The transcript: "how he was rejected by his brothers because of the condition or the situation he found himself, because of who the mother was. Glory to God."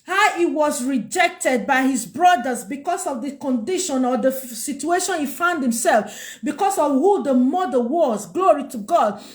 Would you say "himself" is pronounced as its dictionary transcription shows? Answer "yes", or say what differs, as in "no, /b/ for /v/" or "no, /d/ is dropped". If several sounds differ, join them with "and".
yes